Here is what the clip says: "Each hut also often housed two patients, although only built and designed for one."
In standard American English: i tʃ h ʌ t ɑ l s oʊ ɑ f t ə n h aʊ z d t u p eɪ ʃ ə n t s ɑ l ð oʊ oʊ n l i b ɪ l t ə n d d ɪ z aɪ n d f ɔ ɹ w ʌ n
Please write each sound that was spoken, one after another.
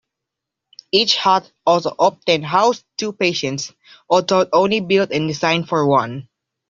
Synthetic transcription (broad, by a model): i tʃ h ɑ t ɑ l s oʊ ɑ p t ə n h aʊ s t u p eɪ ʃ ə n t s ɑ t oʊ oʊ n l i b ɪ l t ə n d d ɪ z aɪ n f ɔ ɹ w ʌ n